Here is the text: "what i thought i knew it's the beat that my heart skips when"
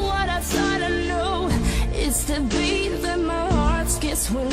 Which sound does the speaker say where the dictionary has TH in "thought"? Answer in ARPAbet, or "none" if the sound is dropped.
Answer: S